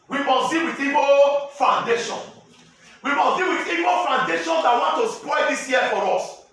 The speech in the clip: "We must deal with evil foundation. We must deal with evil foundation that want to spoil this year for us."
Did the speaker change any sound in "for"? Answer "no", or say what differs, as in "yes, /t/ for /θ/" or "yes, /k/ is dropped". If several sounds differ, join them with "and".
no